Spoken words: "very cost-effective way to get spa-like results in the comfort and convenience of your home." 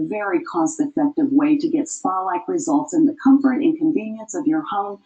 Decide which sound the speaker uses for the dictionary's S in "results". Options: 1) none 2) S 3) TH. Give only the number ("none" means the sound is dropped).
2